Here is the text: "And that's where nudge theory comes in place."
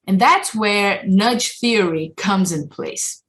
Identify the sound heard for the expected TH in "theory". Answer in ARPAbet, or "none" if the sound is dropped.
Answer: TH